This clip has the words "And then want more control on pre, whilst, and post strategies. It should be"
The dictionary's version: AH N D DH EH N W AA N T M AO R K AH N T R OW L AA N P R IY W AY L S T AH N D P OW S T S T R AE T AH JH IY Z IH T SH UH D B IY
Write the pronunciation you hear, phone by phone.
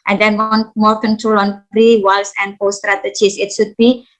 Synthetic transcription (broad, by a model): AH N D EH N N M AO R K AH N T R OW L AA N R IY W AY L S AH N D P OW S S T R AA T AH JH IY S IH T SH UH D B IY